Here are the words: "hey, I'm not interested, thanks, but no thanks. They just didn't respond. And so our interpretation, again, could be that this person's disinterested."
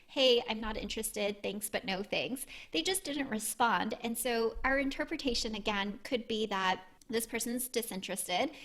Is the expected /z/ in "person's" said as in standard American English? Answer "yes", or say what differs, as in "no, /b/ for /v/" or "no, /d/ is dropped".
yes